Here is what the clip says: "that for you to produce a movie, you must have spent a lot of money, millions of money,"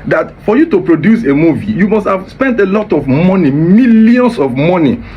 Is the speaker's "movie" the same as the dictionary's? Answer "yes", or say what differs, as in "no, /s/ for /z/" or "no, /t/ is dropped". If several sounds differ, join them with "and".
yes